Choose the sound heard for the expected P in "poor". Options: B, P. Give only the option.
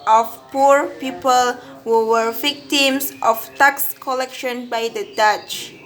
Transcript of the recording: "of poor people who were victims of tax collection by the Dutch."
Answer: P